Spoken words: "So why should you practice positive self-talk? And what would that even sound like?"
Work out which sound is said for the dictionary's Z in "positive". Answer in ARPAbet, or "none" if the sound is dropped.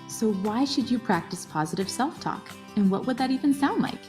Z